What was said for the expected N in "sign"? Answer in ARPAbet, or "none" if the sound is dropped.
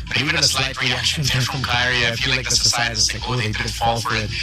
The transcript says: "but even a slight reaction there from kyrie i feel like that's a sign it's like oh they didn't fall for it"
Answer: none